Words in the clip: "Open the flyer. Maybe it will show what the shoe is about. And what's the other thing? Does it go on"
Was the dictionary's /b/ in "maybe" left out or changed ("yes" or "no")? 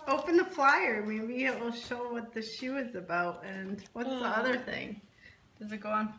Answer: yes